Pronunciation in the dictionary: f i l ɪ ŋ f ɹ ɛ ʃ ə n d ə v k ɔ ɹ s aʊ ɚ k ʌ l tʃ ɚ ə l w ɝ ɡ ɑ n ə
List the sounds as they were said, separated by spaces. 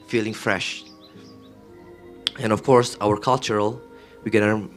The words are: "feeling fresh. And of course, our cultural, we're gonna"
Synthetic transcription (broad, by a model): f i l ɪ ŋ f ɹ ɛ ʃ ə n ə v k ɔ ɹ s aʊ ɚ k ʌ l tʃ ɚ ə l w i ɡ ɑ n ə